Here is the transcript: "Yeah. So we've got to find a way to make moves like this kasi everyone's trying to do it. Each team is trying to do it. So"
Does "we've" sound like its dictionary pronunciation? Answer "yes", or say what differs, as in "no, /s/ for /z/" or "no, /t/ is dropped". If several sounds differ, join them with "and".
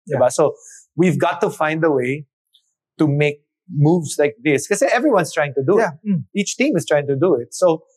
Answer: yes